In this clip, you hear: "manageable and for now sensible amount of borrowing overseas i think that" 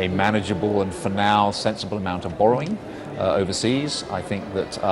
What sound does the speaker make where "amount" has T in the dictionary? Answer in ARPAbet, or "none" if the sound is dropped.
T